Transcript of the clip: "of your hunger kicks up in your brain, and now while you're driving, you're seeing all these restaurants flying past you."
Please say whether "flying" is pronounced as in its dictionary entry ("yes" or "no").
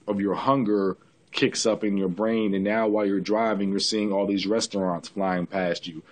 yes